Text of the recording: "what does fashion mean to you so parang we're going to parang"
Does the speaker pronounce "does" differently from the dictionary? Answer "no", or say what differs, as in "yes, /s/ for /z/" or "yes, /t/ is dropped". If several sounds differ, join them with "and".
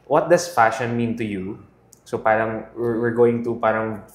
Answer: yes, /s/ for /z/